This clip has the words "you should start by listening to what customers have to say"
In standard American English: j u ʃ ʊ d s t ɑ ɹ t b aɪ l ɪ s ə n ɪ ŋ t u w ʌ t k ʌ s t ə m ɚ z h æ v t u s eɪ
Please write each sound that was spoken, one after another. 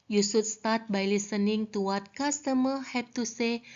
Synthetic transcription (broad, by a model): j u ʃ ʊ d s t ɑ ɹ t b aɪ l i s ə n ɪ ŋ t u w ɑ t k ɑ s t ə m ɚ h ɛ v t u s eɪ